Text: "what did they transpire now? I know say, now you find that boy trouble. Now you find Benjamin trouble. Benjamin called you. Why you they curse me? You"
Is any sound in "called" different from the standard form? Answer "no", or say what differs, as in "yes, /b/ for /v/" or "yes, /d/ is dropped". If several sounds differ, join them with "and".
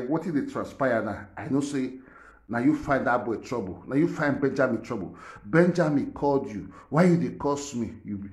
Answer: no